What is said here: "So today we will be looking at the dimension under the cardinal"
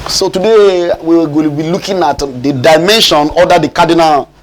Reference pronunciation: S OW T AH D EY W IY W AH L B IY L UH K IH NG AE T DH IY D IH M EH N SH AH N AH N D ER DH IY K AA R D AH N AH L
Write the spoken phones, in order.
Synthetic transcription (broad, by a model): S OW T AH D EY W IY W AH N B IY L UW K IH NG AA T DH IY D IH M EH N SH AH N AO D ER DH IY K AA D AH N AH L